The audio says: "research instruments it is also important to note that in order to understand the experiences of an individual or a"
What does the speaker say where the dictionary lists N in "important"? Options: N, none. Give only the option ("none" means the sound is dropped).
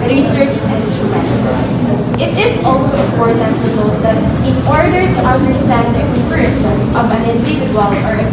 none